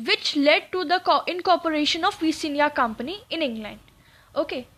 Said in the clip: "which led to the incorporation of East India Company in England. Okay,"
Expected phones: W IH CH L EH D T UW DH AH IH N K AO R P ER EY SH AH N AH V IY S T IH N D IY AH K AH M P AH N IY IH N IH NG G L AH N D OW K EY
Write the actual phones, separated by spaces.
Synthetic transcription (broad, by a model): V IH CH L EH D T UW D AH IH N K AO R P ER EY SH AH N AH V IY S IH N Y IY K AH M P AH N IY IH N IH NG G L AH N D OW K EY